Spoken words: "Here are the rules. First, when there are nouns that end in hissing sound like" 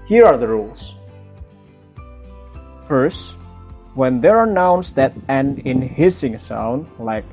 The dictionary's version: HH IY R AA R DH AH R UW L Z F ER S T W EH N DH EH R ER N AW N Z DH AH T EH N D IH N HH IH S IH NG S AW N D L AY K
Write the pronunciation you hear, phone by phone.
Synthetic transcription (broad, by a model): HH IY R AA R DH AH R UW L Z F ER S T W EH N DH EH R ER N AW N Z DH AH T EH N IH N HH IH S IH NG S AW N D L AY K